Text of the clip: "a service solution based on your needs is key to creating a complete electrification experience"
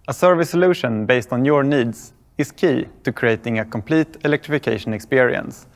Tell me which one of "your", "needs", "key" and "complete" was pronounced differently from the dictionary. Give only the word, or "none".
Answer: needs